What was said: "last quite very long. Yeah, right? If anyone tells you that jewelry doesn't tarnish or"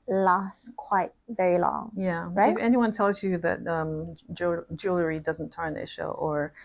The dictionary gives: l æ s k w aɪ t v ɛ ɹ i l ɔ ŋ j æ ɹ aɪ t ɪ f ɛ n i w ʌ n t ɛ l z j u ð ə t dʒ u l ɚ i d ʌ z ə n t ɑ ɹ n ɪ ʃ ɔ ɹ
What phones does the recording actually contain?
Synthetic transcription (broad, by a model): l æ s k w aɪ t v ɛ ɹ i l ɔ ŋ j æ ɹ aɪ ɪ f ɛ n i w ʌ n t ɛ l z j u ð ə t dʒ u l ɚ i d ʌ z ə n t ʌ ɹ n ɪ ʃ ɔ ɹ